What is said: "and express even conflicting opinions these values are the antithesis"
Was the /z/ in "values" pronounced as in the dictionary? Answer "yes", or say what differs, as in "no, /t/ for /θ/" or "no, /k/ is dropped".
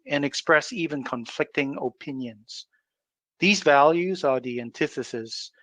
yes